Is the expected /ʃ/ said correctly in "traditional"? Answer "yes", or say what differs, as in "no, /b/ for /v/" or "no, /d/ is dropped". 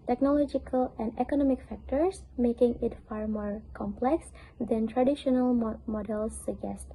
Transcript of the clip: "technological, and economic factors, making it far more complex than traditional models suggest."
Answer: yes